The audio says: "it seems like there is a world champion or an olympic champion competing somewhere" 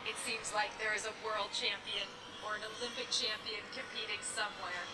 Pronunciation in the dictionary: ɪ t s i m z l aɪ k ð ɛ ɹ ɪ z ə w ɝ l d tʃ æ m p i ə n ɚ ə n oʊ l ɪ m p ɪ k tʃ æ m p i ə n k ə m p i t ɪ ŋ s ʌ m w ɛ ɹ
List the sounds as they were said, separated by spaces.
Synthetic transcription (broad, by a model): ɪ t s i m z l aɪ k ð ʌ ɹ ɪ z ə w ɝ l d tʃ æ m p i ə n ɚ ə n oʊ l ɪ m p ɪ k tʃ æ m p i ə n k ə m p i t ɪ ŋ s ʌ m w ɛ ɹ